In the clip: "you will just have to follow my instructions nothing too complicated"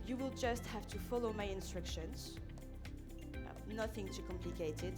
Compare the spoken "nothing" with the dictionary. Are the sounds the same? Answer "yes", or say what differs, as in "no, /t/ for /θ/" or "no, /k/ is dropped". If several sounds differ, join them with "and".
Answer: yes